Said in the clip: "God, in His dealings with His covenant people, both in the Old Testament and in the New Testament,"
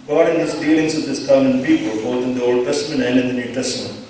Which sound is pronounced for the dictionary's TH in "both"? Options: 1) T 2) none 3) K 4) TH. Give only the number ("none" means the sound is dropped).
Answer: 1